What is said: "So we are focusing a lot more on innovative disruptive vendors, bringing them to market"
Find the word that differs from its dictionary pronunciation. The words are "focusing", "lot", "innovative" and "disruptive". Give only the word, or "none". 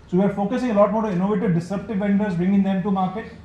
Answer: disruptive